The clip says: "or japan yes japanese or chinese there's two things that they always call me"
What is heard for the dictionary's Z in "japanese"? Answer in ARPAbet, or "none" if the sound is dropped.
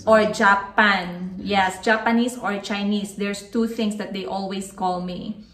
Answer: S